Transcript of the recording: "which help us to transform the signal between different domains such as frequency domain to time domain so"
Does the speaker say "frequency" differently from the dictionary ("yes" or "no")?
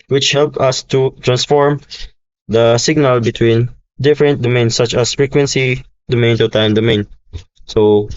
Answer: no